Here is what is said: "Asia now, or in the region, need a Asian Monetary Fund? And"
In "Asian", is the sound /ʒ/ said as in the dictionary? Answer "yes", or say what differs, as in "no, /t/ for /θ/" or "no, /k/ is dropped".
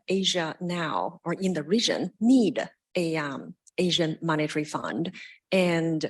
yes